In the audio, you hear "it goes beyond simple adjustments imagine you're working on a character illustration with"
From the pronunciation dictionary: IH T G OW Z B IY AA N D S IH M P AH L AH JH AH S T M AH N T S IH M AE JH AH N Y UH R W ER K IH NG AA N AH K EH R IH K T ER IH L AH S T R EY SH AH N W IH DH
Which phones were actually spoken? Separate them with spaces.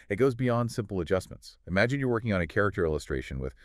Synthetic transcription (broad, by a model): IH T G OW Z B IY AA N D S IH M P L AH JH AH S M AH N T S IH M AE JH AH N Y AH R W ER K IH NG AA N AH K EH R IH K T ER IH L AH S T R EY SH AH N W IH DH